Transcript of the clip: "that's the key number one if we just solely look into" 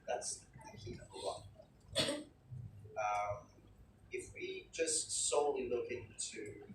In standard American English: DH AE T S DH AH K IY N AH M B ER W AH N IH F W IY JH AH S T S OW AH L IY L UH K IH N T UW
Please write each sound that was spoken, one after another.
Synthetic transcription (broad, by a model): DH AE T S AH K IY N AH B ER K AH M IH F W IY JH AH S T S OW AH L IY L UH K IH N T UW